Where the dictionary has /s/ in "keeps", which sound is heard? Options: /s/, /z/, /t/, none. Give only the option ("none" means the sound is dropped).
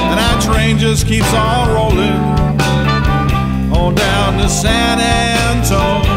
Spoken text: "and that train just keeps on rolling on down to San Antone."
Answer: /s/